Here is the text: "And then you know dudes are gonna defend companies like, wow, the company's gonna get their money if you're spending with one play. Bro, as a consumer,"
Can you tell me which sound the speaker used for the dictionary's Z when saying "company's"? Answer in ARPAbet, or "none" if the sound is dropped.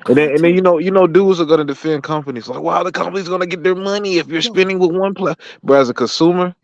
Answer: Z